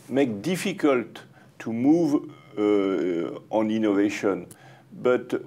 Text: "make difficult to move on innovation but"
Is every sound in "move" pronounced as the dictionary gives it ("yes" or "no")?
yes